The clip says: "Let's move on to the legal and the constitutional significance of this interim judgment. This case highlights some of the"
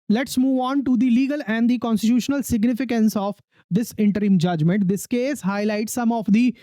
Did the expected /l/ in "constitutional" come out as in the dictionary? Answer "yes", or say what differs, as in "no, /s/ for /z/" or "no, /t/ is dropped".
yes